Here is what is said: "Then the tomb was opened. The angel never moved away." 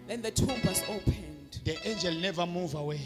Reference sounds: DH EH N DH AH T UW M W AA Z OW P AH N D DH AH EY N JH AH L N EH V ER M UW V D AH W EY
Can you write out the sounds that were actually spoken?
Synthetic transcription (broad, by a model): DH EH N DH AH T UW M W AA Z OW P AH N D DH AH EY N JH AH L N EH V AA M UW V AH W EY